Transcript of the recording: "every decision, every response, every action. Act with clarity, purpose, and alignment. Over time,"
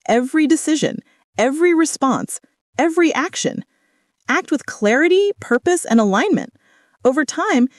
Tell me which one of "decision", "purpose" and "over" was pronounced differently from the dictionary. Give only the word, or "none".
none